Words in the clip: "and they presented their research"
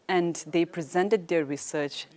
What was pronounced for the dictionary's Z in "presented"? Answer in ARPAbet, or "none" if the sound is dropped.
Z